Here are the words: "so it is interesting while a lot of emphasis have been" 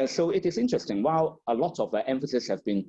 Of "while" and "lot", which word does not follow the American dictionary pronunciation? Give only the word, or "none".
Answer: none